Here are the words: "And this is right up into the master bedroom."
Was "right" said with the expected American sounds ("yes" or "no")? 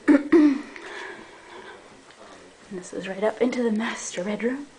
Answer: yes